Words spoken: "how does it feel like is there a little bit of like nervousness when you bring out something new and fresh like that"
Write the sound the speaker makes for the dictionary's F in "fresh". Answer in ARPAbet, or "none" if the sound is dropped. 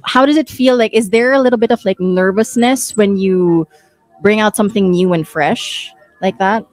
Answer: F